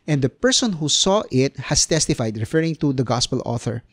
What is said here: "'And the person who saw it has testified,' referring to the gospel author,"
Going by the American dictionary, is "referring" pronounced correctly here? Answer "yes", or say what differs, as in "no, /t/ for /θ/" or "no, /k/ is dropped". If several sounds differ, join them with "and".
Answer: yes